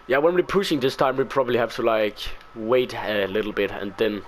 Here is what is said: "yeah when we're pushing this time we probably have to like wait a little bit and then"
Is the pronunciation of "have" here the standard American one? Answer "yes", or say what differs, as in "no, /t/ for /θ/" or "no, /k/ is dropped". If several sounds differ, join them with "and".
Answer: no, /f/ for /v/